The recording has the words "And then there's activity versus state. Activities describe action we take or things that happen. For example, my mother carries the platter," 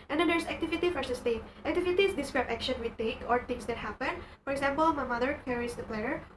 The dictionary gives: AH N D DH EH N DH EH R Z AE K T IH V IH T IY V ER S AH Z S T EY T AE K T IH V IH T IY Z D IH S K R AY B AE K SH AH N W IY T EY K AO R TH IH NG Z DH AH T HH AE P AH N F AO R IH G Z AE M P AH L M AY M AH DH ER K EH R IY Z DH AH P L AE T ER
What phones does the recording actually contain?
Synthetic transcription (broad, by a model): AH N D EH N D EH R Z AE K T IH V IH T IY F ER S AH S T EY T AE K T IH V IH T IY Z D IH S K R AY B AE K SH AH N W IY T EY K AO R T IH NG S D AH T HH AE P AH N F AO R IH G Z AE M P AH L M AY M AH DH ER K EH R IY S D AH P L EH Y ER